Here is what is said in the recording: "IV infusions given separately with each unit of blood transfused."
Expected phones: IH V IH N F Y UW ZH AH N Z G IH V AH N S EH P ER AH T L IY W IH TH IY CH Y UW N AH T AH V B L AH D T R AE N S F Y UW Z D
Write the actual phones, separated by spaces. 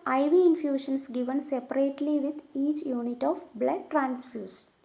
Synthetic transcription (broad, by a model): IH V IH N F Y UW SH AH N S G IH V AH N S EH P ER AH T L IY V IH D IY CH Y UW N AH T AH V B L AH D T R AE N S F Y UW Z